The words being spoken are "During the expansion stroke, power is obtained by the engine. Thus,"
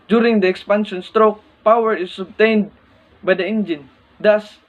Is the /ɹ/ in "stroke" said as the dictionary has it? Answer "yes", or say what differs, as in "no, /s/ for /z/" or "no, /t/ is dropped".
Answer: yes